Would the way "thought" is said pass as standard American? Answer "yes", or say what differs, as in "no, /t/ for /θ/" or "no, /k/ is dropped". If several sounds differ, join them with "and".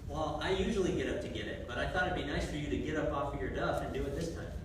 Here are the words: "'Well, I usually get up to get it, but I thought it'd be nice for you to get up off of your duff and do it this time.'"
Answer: yes